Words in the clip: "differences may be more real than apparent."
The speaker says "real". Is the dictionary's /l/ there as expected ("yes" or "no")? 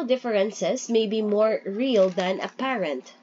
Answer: yes